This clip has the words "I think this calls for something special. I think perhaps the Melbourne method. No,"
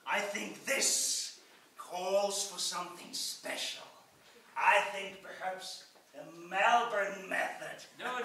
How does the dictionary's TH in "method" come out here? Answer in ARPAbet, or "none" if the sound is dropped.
TH